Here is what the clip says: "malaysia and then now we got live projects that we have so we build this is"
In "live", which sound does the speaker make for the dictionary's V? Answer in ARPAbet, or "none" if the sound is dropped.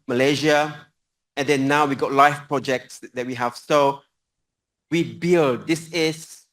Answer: F